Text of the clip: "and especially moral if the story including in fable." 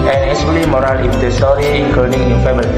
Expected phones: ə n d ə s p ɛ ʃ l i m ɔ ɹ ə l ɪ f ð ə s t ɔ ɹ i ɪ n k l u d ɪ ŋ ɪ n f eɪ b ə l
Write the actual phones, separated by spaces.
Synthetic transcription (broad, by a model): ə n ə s u l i m ɔ ɹ ə l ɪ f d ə s t ɔ ɹ i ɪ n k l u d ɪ ŋ ɪ n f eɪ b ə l